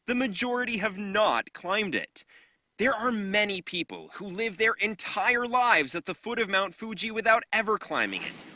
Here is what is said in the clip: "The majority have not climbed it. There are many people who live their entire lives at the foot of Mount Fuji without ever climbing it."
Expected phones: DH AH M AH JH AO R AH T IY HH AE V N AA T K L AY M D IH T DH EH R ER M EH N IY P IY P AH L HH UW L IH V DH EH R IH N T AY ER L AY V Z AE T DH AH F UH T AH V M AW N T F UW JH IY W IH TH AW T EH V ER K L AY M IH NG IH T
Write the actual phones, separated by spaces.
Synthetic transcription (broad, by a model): DH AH M AH JH AO R AH T IY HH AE V N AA T K L AY M D IH T DH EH R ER M EH N IY P IY P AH L HH UW L IH V DH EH R IH N T AY ER L AY V Z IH T DH AH F UH T AH V M AW N T F UW JH IY W IH TH AW T EH V ER K L AY M IH NG IH T